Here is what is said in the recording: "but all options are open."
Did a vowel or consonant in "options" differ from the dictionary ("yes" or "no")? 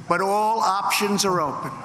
no